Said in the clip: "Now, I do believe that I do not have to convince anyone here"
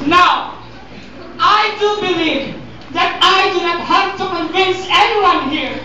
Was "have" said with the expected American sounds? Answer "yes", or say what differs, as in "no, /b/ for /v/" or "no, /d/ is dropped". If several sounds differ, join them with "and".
no, /p/ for /v/